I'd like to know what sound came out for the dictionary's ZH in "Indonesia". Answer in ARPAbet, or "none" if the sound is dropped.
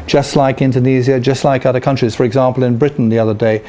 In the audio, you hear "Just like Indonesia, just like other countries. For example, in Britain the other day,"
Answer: Z